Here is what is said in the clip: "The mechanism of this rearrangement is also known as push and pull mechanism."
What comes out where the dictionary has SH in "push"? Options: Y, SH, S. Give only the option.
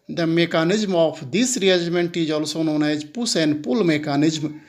S